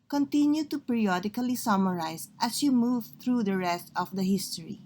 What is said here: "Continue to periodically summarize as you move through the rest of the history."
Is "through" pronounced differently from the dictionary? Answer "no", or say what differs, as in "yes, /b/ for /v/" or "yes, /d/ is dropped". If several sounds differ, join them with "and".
yes, /t/ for /θ/